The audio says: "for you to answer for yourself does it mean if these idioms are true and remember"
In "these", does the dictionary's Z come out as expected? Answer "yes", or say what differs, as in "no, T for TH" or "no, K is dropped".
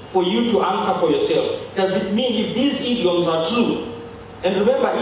yes